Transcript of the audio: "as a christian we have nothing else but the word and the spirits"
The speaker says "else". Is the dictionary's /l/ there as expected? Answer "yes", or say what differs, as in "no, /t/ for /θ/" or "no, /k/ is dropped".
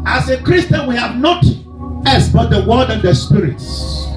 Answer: no, /l/ is dropped